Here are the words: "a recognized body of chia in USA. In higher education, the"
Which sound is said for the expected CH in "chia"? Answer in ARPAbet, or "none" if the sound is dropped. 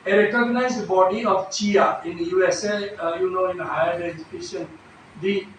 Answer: CH